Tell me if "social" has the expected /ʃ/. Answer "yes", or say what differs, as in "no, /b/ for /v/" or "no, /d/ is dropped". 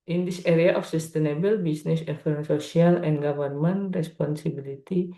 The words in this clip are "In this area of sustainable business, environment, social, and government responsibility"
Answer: no, /ʃ/ is dropped